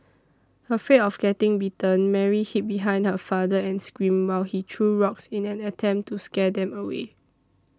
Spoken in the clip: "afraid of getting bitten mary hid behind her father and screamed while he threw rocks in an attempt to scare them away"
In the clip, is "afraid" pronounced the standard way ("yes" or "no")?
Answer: no